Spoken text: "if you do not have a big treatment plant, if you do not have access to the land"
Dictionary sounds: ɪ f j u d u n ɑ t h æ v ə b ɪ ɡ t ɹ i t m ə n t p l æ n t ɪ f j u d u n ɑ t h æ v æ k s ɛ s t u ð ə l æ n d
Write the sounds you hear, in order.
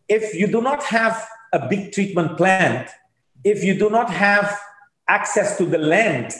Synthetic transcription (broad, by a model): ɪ f j u d u n ɑ t h æ v ə b ɪ ɡ t ɹ i t m ə n t p l æ n t ɪ f j u d u n ɑ t h æ v æ k s ɛ s t u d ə l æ n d